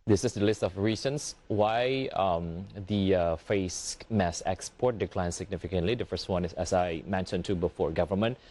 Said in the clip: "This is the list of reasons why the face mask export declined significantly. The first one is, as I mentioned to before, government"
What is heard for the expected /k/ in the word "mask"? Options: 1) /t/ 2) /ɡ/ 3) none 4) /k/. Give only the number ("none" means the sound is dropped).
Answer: 3